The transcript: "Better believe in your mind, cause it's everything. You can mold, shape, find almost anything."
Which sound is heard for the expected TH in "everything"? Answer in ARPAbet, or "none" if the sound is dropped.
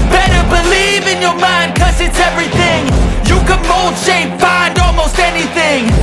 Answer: TH